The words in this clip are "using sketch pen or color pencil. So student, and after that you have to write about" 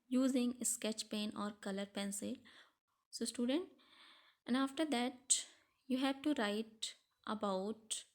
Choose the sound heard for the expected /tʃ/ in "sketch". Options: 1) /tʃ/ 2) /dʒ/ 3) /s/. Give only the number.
1